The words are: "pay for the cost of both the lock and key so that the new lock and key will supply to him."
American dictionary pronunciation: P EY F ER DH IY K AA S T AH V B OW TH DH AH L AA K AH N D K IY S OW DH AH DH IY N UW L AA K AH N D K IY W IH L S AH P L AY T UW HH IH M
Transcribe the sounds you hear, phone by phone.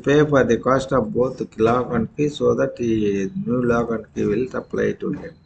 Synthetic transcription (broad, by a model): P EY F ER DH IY K AA S T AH P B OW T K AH L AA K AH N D K IY S OW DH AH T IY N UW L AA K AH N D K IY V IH L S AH P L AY T UW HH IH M